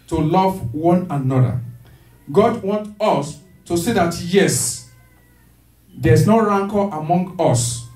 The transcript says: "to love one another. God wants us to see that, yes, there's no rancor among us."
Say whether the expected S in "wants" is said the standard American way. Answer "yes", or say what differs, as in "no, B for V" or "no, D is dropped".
no, S is dropped